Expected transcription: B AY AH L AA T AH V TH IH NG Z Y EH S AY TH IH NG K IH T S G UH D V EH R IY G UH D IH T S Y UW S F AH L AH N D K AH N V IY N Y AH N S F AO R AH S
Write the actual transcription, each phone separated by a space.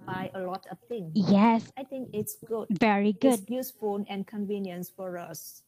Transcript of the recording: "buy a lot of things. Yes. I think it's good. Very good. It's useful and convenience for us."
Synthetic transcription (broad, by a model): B AY AH L AA T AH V T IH NG Y EH S AY T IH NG K IH T S G UH D V EH R IY G UH D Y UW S F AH N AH N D K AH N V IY N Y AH N S F AO R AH S